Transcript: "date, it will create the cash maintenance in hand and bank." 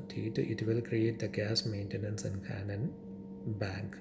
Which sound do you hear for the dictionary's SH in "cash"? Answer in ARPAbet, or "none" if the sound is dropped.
S